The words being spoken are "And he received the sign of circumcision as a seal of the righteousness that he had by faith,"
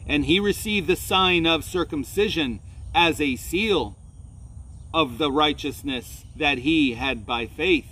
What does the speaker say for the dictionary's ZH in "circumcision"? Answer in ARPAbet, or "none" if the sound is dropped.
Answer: ZH